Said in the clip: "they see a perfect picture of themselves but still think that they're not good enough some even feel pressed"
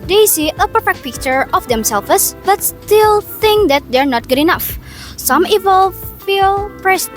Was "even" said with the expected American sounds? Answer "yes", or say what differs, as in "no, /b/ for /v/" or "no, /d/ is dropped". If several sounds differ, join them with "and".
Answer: no, /l/ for /n/